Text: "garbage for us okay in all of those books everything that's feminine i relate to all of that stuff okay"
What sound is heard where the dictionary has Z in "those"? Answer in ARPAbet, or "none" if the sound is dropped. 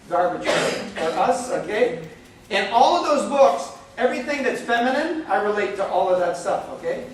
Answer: Z